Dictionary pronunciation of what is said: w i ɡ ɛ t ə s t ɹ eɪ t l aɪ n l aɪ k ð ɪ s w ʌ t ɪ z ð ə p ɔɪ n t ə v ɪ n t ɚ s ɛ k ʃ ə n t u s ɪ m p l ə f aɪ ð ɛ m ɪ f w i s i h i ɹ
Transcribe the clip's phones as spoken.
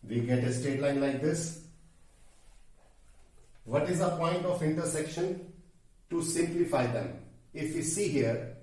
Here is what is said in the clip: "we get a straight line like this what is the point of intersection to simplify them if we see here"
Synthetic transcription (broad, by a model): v i ɡ ɛ t ə s t eɪ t l aɪ n l aɪ k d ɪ s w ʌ t ɪ z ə p ɔɪ n t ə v ɪ n t ɚ s ɛ k ʃ ə n t u s ɪ m p l ə f aɪ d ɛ m ɪ f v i s i h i ɹ